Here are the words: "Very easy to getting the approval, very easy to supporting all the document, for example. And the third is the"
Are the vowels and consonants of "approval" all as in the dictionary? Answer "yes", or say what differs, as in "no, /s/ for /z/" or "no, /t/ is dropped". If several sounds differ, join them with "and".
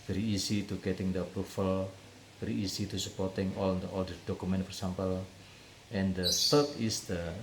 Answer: no, /f/ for /v/